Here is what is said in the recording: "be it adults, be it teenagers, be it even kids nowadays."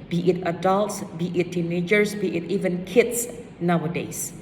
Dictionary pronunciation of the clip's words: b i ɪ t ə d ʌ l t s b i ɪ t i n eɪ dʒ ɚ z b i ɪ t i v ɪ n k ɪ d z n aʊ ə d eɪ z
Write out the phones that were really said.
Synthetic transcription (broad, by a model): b i ɪ t ə d ʌ l t s b i ɪ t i n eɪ dʒ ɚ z b i ɪ t i v ɪ n k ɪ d s n aʊ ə d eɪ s